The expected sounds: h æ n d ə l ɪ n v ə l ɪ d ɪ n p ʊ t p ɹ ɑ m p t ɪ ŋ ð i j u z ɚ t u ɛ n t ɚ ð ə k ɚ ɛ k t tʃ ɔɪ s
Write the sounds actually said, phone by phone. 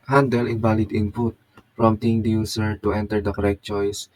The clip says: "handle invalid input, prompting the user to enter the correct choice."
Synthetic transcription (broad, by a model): h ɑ n d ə l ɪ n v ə l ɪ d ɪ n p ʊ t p ɹ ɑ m t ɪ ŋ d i j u s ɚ t u ɛ n t ɚ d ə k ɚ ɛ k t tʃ ɔɪ s